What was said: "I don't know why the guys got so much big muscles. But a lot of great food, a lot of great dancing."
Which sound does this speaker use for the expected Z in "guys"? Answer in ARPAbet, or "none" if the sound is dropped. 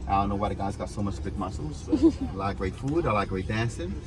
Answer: Z